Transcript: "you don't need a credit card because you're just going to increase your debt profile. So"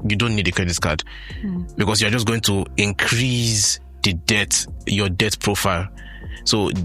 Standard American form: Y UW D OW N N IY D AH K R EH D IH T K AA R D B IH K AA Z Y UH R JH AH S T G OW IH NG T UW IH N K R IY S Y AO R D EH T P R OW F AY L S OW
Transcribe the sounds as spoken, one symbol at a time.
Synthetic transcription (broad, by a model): Y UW D OW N N IY D AH K R EH D IH T K AA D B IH K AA S Y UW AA JH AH S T G OW IH NG T UW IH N K R IY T Y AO D EH T P R OW F AY L S OW